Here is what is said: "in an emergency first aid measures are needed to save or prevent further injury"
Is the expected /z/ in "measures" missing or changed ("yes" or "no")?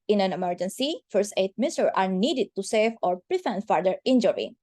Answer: yes